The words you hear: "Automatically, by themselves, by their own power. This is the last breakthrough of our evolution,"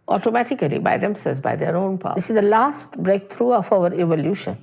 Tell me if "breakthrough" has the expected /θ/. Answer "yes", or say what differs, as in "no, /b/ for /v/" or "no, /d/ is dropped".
no, /t/ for /θ/